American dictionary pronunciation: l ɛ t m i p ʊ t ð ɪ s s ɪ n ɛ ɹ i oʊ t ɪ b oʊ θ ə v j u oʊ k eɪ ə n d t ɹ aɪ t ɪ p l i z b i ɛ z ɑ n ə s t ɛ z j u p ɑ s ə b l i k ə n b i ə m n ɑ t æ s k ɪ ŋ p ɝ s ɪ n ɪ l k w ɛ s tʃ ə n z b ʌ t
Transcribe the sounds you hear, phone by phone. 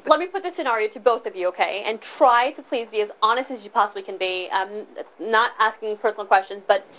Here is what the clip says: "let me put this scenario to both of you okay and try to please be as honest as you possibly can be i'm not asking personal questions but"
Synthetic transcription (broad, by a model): l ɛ t m i p ʊ t ð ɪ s s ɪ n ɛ ɹ i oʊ t ɪ b oʊ θ ə v j u oʊ k eɪ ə n t ɹ aɪ t ɪ p l i z b i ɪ z ɑ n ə s t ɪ z j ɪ p ɑ s ə b l i k ə n b i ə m n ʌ t æ s k ɪ ŋ p ɝ s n l k w ɛ s tʃ ə n z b ʌ t